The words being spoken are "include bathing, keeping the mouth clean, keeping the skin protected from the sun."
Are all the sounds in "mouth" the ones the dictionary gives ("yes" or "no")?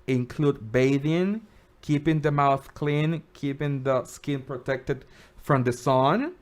yes